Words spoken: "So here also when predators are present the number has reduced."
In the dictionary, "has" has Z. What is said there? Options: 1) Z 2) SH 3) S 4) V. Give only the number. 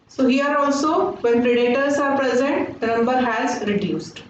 1